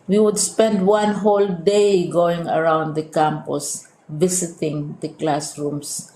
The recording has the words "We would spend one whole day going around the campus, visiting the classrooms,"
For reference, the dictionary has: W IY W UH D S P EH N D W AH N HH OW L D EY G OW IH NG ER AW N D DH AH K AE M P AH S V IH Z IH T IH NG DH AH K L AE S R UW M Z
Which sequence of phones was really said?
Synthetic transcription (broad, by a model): W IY W UH D S P EH N D W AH N HH OW L D EY G OW IH NG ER AW N D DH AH K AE M P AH S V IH S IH T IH NG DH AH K L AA S R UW M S